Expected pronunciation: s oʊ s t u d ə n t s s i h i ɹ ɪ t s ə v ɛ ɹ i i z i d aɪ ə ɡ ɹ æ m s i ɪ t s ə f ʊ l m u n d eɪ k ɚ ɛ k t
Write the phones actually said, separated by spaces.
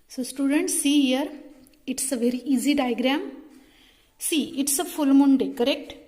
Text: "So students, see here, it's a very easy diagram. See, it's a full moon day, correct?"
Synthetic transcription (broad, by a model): s oʊ s t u d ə n t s s i h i ɹ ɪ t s ə v ɛ ɹ i i z i d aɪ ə ɡ ɹ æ m s i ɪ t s ə f ʊ l m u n d eɪ k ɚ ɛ k t